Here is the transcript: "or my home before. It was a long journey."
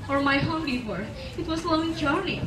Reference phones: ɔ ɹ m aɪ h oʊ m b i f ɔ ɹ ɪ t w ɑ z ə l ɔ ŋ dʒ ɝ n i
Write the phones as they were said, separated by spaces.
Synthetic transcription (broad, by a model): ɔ ɹ m aɪ h oʊ m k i p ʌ ɹ ɪ t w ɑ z ə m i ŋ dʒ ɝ n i